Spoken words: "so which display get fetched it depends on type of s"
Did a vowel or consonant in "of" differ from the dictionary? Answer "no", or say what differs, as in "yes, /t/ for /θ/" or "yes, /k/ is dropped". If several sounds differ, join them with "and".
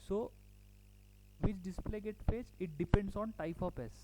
yes, /p/ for /v/